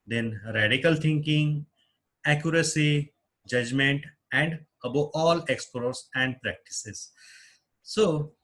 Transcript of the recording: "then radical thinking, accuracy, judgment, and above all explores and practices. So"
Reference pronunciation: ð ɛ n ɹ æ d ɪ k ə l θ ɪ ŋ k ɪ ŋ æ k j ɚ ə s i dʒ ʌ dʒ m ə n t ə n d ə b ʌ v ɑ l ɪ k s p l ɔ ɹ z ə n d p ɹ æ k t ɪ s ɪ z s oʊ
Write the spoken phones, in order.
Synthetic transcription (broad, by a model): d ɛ n ɹ æ d ɪ k ə l t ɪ ŋ k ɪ ŋ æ k j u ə s i dʒ ʌ dʒ m ə n t ə n d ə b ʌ ɑ l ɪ k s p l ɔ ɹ s ə n d p ɹ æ k t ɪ s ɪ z s oʊ